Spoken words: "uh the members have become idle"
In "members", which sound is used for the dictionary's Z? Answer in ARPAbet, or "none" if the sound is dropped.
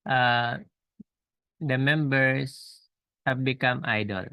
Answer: S